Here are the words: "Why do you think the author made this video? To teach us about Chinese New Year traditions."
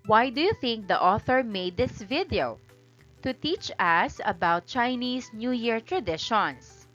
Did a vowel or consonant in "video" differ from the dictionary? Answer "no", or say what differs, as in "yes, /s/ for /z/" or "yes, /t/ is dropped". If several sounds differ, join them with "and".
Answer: no